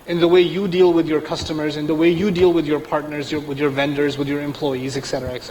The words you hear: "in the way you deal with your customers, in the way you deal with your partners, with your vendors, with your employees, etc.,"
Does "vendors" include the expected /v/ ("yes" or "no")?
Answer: yes